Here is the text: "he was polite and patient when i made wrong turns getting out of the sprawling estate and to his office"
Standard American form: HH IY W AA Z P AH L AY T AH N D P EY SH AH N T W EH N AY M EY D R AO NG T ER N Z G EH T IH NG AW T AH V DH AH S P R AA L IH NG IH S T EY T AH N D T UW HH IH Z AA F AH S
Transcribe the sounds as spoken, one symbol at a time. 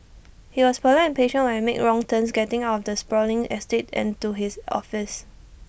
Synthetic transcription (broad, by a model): HH IY W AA S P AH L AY AH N P EY SH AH N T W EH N M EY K R AO NG T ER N S G EH T IH NG AW T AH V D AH S P R AA L IH NG IH S T EY T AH N T UW HH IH S AA F AH S